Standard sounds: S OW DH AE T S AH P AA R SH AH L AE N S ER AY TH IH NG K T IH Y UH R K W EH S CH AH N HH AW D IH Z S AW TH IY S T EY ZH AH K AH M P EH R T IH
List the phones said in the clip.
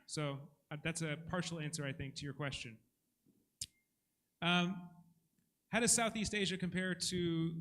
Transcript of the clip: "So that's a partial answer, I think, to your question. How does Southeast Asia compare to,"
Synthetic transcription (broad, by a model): S OW DH AE T S AH P AA R SH L AE N S ER AY TH IH NG K T IH Y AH R K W EH S CH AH N HH AW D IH S AW TH IY S T EY ZH AH K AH M P EH R T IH